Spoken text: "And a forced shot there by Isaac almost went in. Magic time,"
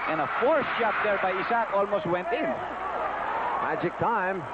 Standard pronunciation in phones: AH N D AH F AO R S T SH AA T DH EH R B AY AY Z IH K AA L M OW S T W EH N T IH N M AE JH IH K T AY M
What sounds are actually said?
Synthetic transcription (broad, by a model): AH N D AH F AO R S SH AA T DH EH R B AY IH S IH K AA L M OW S T W EH N T IH N M AE JH IH K T AY M